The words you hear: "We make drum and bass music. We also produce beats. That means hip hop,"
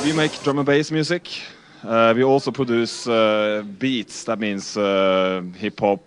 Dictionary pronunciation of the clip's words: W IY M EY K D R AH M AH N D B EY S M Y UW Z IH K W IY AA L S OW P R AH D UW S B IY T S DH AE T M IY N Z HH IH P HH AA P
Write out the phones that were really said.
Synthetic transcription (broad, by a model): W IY M EY K D R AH M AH B EY S M Y UW S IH K W IY AA L S OW P R AH D UW S B IY T S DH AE T M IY N S HH IH P HH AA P